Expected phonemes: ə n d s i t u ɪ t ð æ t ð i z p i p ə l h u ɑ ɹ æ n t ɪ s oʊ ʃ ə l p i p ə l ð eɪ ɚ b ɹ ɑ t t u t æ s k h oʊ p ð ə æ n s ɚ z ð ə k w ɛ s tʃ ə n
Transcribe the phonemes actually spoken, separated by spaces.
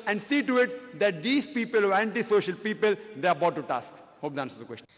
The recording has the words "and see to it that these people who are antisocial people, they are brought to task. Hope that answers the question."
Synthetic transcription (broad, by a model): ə n d s i t u ɪ t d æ t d i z p i p ə l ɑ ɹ æ n t ɪ s oʊ ʃ ə l p i p ə l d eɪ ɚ b ɑ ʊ t u t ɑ s k h oʊ p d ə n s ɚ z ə k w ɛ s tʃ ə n